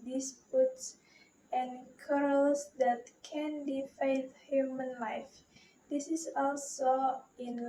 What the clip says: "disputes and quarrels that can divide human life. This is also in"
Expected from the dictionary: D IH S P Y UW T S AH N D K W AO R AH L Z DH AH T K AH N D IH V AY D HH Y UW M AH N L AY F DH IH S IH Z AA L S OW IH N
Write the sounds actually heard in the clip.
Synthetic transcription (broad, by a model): D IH S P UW T S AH N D K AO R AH L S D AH T K AH N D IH F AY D HH Y UW M AH N L AY F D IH S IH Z AA L S OW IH N